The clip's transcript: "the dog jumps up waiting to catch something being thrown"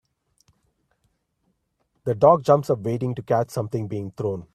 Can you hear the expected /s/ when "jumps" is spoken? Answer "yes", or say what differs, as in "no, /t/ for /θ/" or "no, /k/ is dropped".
yes